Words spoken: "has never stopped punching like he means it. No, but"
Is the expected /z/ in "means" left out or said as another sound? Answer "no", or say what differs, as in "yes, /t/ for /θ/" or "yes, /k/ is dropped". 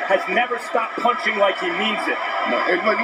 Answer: no